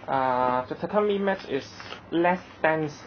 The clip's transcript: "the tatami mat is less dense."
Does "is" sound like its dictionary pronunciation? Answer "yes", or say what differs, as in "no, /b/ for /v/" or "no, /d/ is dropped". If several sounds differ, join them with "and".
no, /s/ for /z/